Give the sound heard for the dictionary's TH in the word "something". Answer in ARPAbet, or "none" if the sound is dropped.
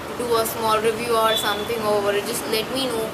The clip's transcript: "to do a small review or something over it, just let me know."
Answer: T